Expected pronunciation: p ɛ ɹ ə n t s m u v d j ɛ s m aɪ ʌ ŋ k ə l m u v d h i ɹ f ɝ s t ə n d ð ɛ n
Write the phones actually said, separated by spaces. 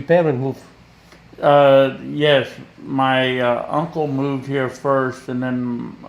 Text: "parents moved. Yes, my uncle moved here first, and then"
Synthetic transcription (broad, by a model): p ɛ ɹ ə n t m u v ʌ j ɛ s m aɪ ʌ ŋ k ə l m u v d h i ɹ f ɝ s t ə n ð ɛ n